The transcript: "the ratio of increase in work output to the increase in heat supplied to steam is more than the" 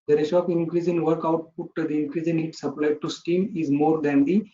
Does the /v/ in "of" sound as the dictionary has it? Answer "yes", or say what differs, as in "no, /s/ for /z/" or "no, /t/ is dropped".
no, /p/ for /v/